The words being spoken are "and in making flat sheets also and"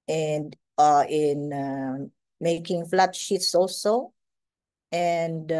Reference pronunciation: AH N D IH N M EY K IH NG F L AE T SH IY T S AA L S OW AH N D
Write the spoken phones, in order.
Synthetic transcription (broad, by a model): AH N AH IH N M EY K IH NG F L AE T SH IY T S AA L S OW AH N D